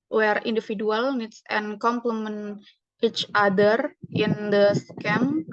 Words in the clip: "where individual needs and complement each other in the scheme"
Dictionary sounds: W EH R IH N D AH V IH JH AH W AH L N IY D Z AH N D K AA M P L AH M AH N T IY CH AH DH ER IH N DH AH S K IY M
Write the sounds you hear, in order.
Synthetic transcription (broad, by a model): W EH R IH N D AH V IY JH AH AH L N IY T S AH N K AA M P L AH M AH N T IY CH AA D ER IH N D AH S K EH M